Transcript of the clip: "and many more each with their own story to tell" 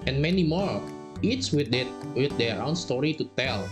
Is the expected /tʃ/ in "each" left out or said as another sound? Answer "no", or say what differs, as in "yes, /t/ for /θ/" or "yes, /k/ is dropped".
yes, /s/ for /tʃ/